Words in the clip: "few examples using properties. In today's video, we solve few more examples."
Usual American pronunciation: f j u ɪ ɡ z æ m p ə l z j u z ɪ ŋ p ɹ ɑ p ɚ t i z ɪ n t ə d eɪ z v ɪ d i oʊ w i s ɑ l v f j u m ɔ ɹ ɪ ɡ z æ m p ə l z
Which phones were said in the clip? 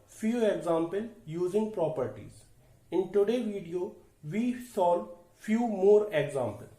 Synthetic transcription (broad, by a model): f j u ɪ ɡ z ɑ m p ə l j u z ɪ ŋ p ɹ ɑ p ɚ t i z ɪ n t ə d eɪ v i d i oʊ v i s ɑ l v f j u m ɔ ɹ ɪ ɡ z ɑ m p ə l